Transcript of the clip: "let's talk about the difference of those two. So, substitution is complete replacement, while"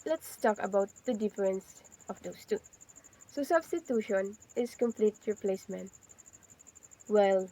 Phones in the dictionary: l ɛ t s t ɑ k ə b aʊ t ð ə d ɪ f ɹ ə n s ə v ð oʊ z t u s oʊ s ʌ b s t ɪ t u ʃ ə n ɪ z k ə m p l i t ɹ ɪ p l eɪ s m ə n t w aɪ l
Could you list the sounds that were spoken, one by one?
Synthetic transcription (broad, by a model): l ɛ t s t ɑ k ə b aʊ t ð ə d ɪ f ɹ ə n s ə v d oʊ s t u s oʊ s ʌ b s t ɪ t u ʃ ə n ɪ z k ə m p l i t ɹ ɪ p l eɪ s m ə n t w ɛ l